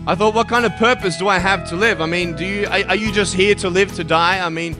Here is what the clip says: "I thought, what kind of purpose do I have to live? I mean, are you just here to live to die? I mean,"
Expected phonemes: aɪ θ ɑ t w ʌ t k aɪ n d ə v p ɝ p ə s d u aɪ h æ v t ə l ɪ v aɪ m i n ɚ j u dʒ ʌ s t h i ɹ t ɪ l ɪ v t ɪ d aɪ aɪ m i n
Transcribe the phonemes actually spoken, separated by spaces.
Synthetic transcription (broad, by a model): aɪ θ ɑ t w ʌ t k aɪ n d ə v p ɝ p ə s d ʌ aɪ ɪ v t ə l ɪ v aɪ m i n ɚ j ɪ dʒ ʌ s t h i ɹ t ɪ l ɪ v t ɪ d aɪ aɪ m i n